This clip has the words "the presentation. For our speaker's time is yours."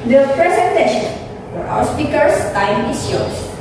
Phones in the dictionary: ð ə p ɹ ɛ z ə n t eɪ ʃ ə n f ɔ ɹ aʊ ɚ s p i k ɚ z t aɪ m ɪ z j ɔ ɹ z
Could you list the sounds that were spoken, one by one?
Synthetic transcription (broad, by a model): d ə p ɹ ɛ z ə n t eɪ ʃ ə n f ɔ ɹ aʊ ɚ s p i k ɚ s t aɪ m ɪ s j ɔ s